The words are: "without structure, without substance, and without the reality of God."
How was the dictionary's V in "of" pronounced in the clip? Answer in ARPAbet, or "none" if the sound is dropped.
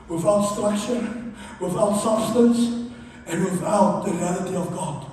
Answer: V